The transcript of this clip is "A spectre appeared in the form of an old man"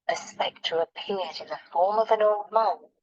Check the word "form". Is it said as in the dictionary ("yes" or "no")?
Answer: yes